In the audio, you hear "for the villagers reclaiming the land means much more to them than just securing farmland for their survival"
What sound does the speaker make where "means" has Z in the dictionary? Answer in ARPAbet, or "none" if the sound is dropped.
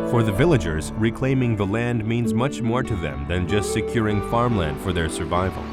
Z